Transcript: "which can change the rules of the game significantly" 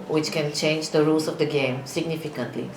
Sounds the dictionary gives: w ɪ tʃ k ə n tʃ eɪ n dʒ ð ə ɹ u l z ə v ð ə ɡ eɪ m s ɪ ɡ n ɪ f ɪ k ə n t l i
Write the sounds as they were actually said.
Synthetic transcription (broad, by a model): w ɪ tʃ k ə n tʃ eɪ n dʒ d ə ɹ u l s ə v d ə ɡ eɪ m s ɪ ɡ n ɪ f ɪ k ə n t l i